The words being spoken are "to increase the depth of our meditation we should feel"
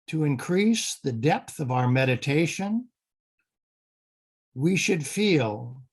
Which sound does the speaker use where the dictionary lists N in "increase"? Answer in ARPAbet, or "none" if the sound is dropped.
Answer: N